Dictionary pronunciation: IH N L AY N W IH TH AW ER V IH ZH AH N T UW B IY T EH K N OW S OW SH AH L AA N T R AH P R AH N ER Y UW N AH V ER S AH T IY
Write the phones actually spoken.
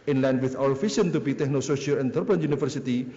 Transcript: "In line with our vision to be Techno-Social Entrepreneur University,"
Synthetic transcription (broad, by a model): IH N L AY N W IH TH AW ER F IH S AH N T UW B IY T EH K N OW S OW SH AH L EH N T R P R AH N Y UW N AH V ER S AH T IY